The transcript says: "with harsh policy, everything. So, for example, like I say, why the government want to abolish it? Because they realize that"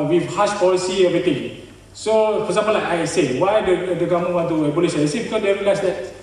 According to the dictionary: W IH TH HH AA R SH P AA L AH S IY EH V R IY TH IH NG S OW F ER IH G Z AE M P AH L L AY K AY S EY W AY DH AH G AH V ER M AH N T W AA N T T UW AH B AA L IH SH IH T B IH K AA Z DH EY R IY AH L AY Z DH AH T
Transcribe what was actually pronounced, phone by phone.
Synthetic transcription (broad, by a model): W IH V HH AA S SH P AA L AH S IY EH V R IY T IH NG S OW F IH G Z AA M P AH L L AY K AY S EY W AY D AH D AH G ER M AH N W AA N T T UW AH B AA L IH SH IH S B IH K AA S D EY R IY L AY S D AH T